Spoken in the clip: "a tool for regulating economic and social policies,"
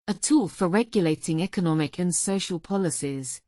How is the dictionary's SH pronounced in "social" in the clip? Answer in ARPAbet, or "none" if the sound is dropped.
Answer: SH